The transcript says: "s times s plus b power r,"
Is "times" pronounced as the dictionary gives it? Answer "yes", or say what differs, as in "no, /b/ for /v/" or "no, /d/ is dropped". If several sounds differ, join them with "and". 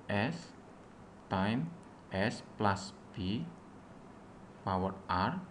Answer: no, /z/ is dropped